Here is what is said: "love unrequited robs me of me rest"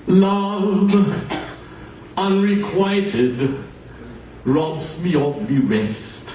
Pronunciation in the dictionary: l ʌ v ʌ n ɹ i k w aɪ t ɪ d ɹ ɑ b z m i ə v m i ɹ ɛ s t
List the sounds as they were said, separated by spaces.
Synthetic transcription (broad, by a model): l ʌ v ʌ n ɹ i k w aɪ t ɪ d ɹ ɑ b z m i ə f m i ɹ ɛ s t